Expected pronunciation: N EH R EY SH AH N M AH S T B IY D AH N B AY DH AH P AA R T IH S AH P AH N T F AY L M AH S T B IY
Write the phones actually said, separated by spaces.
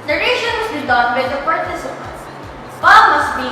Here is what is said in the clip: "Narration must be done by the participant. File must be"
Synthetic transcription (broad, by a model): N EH R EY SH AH N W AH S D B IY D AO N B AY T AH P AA R T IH S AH P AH N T P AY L M AH S T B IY